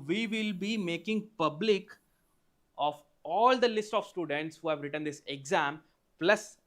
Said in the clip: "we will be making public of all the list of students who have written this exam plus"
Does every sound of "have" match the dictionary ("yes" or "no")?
yes